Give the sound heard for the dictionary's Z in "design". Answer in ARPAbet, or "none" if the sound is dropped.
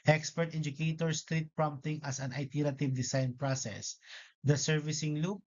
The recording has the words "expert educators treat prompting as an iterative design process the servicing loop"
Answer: S